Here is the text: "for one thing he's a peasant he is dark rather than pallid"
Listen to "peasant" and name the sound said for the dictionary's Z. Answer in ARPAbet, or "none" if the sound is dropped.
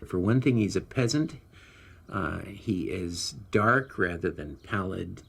Z